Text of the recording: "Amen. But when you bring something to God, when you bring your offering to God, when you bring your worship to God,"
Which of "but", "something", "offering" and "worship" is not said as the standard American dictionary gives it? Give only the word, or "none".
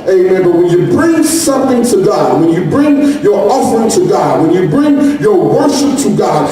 none